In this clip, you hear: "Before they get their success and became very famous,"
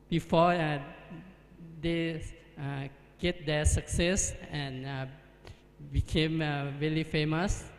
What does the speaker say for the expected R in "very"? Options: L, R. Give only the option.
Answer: L